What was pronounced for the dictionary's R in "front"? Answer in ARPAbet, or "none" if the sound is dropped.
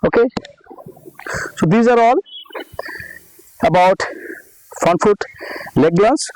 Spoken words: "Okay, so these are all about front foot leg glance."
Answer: none